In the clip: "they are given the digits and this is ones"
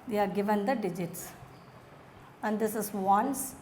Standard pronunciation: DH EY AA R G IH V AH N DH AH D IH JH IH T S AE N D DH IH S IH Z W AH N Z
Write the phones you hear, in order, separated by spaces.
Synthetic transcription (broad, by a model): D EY AA R G IH V AH N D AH D IH JH IH T S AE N D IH S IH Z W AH N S